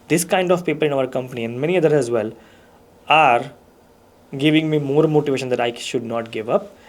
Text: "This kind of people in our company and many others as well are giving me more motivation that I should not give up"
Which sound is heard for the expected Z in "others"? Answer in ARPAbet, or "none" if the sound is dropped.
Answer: none